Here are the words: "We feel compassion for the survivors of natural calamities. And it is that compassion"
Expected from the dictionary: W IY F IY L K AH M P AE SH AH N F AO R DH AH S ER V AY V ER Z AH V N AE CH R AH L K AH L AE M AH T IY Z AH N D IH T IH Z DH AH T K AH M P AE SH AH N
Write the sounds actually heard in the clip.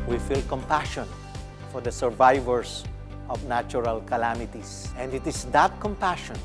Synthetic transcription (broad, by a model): W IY F IY L K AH M P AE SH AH N F AO R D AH S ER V AY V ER S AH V N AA CH R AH L K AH L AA M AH T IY S AH N D IH T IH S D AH T K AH M P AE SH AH N